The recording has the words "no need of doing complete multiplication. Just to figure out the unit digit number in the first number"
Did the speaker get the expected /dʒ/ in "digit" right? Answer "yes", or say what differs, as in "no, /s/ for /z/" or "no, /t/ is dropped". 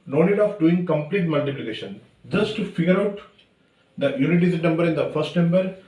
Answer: no, /z/ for /dʒ/